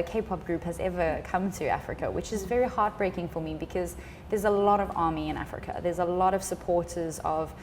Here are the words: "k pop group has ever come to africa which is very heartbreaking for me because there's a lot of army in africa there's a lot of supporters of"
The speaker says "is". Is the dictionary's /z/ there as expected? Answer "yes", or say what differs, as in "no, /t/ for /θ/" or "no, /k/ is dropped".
yes